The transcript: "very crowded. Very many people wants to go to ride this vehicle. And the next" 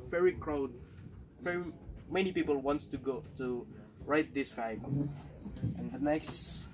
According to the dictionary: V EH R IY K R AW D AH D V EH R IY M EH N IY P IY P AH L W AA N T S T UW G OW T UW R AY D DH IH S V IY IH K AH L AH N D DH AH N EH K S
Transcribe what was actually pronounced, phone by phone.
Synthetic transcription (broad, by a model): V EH R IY K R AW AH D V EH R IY M EH N IY P IY P AH L W AA N T S T UW G OW T UW R AY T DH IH S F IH AH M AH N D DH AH N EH K S